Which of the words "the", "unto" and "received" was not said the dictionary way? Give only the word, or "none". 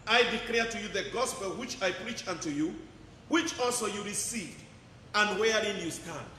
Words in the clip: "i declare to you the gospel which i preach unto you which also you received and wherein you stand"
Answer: none